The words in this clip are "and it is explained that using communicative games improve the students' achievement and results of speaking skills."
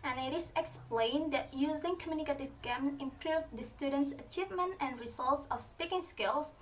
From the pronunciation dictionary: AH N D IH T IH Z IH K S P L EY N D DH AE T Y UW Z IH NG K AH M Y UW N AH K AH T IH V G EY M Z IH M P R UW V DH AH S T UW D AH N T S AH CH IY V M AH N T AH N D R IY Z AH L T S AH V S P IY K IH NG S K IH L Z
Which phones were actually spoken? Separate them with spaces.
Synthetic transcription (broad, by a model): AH N IH T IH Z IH K S P L EY N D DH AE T Y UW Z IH NG K AH M Y UW N AH K AH T IH V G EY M IH M P R UW V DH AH S T UW D AH N T S AH CH IY V M AH N T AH N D R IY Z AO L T S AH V S P IY K IH NG S K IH L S